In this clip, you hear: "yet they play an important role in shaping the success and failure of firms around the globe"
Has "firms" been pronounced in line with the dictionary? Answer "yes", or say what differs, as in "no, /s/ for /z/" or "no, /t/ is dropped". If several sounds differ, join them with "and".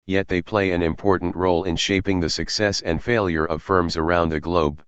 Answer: yes